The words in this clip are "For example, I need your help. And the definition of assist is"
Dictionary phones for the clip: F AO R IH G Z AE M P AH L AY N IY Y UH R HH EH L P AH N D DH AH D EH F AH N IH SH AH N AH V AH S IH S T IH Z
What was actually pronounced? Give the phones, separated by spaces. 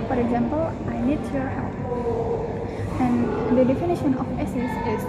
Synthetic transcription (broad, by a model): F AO R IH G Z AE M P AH L AY N IY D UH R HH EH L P AH N D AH D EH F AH N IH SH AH N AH F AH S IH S IH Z